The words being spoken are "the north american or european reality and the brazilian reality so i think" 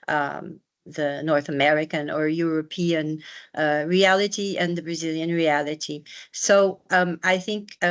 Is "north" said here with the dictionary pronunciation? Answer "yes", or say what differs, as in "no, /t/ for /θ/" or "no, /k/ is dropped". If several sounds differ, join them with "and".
yes